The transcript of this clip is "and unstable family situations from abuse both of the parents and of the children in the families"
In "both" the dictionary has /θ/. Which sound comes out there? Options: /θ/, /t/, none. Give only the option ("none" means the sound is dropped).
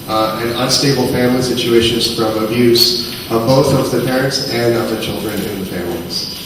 /θ/